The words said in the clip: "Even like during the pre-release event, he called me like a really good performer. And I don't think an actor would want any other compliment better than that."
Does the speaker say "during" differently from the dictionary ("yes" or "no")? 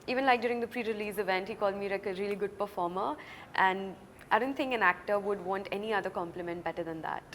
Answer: no